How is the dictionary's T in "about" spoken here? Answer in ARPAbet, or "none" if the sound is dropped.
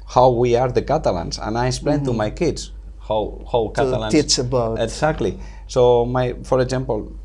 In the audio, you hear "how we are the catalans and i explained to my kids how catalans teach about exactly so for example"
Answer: none